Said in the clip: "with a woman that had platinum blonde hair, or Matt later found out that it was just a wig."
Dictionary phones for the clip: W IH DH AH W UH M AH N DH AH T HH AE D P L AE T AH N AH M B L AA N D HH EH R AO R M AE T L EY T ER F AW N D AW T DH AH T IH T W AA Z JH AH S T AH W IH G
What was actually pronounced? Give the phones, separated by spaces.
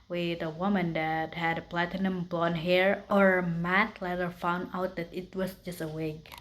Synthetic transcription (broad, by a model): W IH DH AH W UH M AH N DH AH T HH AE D P L AE T AH N AH M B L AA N HH EH R AO R M AE T L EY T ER F AW N D AW T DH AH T IH T W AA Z JH AH S T AH W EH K